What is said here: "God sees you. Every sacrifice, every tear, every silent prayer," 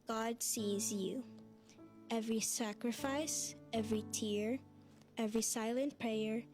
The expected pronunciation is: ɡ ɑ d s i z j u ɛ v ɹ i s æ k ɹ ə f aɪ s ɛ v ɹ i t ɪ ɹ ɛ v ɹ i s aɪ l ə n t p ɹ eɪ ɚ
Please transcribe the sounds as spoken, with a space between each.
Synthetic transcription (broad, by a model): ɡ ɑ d s i z j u ɛ v ɹ i s æ k ɹ ə f aɪ s ɛ v ɹ i t ɪ ɹ ɛ v ɹ i s aɪ l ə n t p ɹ eɪ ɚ